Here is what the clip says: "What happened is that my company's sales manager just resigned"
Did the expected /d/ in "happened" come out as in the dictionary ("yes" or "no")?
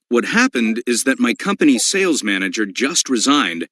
yes